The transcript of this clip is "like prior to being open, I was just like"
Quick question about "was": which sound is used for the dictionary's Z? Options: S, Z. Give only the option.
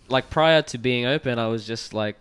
Z